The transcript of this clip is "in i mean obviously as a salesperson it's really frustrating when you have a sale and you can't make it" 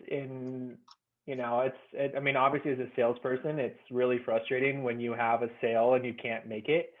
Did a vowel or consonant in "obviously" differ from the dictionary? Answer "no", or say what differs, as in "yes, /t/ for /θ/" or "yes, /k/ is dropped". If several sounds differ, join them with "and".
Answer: no